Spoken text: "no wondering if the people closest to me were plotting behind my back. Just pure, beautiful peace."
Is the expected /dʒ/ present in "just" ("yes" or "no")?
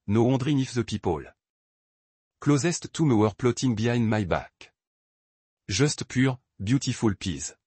no